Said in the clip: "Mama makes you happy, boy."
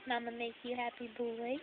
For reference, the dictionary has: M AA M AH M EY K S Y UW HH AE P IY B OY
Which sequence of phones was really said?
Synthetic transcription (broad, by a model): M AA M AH M EY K Y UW HH AE P IY B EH